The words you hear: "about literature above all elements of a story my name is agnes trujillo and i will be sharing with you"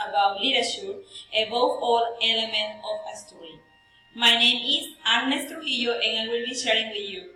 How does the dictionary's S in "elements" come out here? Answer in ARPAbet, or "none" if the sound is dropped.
none